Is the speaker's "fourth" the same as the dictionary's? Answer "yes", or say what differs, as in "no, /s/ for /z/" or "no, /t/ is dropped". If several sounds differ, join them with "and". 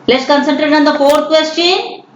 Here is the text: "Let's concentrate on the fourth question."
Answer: no, /t/ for /θ/